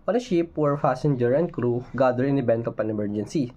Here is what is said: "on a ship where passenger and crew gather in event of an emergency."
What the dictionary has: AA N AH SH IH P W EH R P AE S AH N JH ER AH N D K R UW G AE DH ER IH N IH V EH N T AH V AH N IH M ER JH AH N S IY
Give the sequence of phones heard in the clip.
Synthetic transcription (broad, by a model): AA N AH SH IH P W EH R F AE S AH N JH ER AH N D K R UW G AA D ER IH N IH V EH N T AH P AH N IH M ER JH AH N S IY